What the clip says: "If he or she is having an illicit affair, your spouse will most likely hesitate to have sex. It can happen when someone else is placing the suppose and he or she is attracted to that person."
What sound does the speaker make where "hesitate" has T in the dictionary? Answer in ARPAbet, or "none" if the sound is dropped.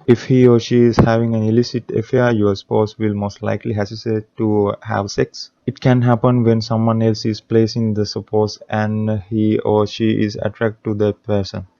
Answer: S